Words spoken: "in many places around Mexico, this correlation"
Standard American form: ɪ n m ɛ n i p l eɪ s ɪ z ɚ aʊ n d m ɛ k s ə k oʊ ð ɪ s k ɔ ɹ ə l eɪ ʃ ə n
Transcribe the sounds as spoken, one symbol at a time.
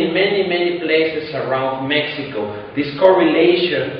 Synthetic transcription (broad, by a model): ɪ n m ɛ n i p l eɪ s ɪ s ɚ aʊ n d m ɛ k s ə k oʊ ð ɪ s k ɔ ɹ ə l eɪ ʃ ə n